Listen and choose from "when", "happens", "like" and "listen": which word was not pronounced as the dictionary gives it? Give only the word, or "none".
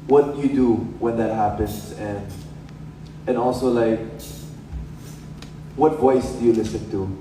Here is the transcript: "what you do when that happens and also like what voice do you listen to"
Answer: happens